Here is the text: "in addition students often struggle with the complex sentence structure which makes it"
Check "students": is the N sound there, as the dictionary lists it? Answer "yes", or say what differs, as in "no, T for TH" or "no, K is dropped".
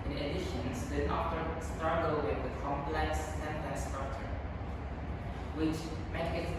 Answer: no, N is dropped